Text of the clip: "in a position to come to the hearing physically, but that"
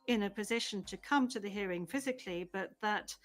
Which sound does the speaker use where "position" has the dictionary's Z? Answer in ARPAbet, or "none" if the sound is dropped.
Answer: Z